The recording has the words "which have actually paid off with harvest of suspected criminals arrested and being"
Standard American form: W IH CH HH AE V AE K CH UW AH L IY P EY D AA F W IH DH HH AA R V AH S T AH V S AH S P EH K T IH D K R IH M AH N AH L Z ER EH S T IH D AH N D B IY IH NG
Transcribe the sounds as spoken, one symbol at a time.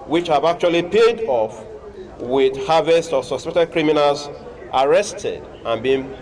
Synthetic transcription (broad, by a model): W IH CH HH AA V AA K CH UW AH L IY P EY D AA F W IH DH HH AA V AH S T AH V S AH S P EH T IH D K R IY M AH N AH L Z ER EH S T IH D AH N B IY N